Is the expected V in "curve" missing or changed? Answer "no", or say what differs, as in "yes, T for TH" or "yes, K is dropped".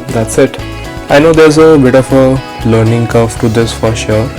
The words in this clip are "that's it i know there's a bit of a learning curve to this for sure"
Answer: yes, F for V